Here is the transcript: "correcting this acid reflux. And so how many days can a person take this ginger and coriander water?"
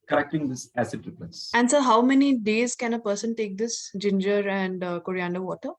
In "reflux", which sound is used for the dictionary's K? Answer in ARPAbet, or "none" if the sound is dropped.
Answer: none